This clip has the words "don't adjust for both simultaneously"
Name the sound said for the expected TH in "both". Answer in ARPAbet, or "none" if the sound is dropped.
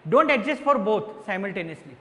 T